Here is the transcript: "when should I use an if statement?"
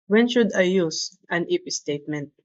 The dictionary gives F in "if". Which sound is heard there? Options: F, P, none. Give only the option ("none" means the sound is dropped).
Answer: P